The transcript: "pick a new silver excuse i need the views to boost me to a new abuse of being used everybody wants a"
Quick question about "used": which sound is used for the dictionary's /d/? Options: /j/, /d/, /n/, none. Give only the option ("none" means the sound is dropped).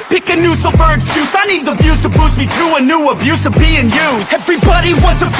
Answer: none